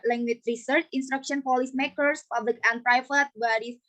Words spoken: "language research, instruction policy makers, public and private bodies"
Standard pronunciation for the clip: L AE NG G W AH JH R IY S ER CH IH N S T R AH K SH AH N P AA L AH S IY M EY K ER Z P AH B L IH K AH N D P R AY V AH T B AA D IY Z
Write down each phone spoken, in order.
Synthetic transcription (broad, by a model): L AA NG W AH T R IY S ER CH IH N S T R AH K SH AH N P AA L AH S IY M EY K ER S P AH B L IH K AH N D P R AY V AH T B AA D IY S